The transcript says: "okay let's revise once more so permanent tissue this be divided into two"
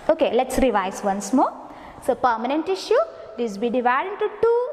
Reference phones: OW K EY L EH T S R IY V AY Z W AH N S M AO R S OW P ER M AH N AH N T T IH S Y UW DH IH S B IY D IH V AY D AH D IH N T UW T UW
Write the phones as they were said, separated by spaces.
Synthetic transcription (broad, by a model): OW K EY L EH T S R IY V AY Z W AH N S M AO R S OW P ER M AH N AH N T T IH SH Y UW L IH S B IY D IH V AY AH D IH N T UW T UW